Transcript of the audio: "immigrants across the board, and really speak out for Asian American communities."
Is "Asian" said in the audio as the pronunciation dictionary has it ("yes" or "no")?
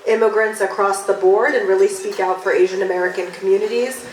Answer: yes